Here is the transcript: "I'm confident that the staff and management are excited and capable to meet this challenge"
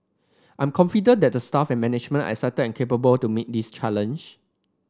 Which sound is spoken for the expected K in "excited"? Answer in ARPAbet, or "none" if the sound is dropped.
none